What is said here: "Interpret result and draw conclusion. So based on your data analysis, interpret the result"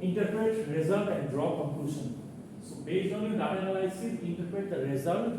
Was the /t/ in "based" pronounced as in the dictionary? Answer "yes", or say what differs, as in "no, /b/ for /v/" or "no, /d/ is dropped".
no, /t/ is dropped